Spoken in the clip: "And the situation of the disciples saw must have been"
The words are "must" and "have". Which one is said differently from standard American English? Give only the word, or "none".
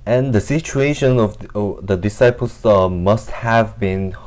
none